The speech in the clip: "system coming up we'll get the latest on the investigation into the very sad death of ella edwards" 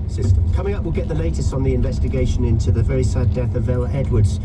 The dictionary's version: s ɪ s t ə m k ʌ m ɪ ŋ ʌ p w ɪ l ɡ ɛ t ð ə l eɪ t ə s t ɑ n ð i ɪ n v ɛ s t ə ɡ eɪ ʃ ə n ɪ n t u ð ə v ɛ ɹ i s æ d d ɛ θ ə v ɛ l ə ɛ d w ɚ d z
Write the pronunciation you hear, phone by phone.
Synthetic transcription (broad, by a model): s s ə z k ʌ m ɪ ŋ ʌ p w ɪ l ɡ ɛ t ð ə l eɪ t ə s t n ð i ɪ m v ɛ s t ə ɡ eɪ ʃ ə n ɪ n t u ð ə v ɛ ɹ i s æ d d ɛ θ ə v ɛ l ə ɛ d w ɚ d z